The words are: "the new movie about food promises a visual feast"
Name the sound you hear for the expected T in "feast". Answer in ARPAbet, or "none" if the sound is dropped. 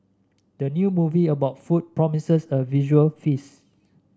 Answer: none